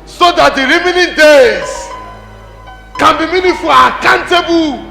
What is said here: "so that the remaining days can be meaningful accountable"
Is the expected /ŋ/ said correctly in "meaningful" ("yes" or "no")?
no